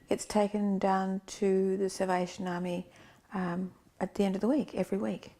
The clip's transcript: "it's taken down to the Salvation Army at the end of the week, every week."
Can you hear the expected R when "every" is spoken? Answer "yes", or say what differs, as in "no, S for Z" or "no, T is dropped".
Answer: yes